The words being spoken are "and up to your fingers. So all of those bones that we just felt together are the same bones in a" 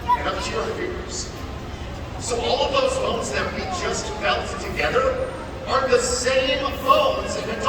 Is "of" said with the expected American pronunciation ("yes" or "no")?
yes